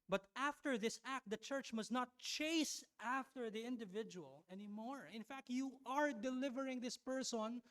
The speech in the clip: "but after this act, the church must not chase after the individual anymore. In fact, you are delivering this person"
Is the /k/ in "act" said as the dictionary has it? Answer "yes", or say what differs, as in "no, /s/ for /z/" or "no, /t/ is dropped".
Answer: yes